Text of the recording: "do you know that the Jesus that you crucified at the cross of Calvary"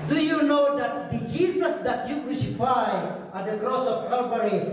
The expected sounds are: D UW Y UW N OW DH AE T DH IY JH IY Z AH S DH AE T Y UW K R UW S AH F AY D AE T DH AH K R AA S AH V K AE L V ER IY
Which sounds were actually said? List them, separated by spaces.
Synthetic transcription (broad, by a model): D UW Y UW N OW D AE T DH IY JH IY S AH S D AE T Y UW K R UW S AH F AY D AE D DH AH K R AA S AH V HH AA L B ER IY